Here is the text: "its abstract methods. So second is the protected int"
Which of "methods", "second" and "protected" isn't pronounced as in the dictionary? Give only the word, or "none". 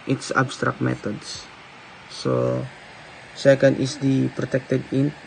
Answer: methods